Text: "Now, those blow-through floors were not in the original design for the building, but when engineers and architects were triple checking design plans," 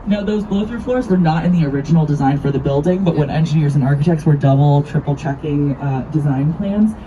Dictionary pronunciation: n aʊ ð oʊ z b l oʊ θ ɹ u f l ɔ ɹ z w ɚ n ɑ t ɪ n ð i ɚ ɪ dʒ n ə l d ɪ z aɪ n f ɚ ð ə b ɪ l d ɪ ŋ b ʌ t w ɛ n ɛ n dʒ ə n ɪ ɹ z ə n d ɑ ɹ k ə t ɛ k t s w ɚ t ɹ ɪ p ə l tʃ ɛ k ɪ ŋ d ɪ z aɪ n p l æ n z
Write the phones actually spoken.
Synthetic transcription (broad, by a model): n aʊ ð oʊ z b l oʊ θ ɹ f l ɔ ɹ z w ɚ n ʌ t ɪ n ð i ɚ ɪ dʒ n l d ɪ z aɪ n f ɚ ð ə b ɪ l d ɪ ŋ b ʌ t w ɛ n ɛ n dʒ ə n ɪ ɹ z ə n ɑ ɹ k ə t ɛ k t s w ɚ t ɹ ɪ p l tʃ ɛ k ɪ ŋ d ɪ z aɪ n p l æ n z